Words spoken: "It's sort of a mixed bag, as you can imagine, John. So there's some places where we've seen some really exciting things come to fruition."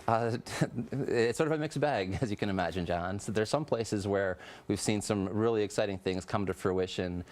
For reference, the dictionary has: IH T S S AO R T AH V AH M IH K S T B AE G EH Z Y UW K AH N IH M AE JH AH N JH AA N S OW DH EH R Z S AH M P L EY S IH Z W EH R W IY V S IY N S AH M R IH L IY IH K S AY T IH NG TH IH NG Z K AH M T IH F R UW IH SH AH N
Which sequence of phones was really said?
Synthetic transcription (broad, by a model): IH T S S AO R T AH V AH M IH K S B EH G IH Z Y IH K AH N IH M AE JH AH N JH AA N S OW DH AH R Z S AH M P L EY S IH Z W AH R W IY V S IY N S AH M R IH L IY IH K S AY T IH NG TH IH NG Z K AH M T IH F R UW IH SH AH N